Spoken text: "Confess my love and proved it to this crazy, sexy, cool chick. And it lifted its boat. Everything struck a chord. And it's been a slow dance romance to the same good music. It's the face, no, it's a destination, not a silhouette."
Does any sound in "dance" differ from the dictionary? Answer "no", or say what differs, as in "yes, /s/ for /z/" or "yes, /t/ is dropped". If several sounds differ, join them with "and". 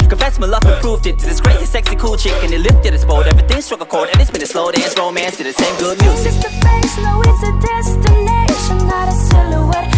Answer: yes, /n/ is dropped